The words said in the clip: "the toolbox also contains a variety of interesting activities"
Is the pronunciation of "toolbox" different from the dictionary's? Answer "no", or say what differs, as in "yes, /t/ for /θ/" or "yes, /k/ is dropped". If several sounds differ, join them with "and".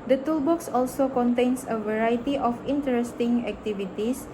no